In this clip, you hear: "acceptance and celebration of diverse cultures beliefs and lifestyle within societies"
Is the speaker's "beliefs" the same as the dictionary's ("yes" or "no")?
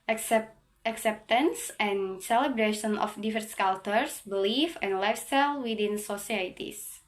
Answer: no